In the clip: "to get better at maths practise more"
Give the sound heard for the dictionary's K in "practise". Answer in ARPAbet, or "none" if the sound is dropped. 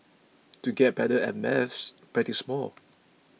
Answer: none